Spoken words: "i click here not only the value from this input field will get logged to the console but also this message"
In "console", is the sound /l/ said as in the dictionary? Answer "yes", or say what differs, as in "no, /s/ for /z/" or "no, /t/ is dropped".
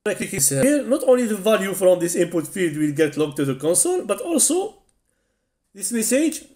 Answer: no, /n/ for /l/